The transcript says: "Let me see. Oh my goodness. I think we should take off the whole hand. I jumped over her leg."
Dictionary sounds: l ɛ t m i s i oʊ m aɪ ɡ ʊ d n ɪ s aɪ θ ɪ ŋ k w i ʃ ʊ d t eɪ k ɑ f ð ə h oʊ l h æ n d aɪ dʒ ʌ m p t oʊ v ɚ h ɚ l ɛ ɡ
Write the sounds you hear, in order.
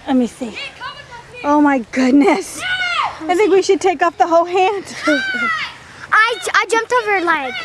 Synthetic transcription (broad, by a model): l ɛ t m i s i oʊ m aɪ ɡ ʊ d n ɪ s aɪ θ ɪ ŋ k w i ʃ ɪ d t eɪ k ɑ p ð ə h oʊ l h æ n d aɪ dʒ ʌ m p t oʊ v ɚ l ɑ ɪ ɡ